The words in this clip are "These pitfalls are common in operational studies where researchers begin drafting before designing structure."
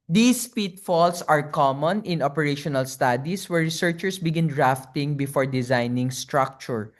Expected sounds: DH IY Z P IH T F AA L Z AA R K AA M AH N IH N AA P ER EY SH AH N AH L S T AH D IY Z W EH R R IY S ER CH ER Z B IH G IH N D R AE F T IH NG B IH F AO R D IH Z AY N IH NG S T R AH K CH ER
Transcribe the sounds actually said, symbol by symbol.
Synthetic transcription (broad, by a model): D IY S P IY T F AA L S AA R K AA M AH N IH N AA P ER EY SH AH N AH L S T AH D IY S W EH R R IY S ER CH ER S B IH G IH N D R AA F T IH NG B IH F AO R D IH Z AY N IH NG S T R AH K CH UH